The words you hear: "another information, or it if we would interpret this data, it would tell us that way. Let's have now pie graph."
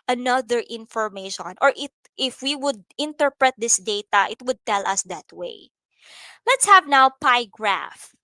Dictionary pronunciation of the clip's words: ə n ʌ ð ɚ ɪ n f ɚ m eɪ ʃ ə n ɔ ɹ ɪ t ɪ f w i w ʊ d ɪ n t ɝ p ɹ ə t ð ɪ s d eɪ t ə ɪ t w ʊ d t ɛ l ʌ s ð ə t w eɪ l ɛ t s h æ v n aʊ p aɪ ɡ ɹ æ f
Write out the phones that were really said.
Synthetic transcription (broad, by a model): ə n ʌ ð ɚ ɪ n f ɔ m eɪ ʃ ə n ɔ ɹ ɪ t ɪ f w i w ʊ d ɪ n t ɝ p ɹ ə t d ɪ s d eɪ t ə ɪ t w ʊ d t ɛ l ʌ s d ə t w eɪ l ɛ t s h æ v n aʊ p aɪ ɡ ɹ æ f